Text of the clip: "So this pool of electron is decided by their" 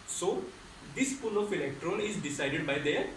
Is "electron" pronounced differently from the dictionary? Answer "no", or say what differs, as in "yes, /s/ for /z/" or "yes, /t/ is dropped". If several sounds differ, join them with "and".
yes, /l/ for /n/